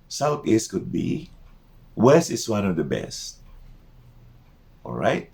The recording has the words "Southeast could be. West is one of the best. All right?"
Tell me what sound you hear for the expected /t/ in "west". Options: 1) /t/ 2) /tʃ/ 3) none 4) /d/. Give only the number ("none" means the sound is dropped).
3